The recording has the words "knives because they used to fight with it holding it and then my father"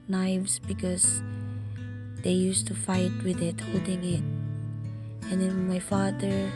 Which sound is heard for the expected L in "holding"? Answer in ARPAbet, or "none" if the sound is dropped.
none